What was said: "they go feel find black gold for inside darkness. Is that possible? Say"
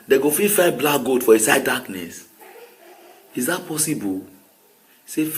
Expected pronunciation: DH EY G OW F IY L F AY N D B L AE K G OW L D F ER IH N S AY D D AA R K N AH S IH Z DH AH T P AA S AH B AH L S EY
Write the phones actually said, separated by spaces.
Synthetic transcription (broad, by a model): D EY G OW F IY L F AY B L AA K G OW D F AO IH S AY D D AA K N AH S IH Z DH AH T P AA S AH B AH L S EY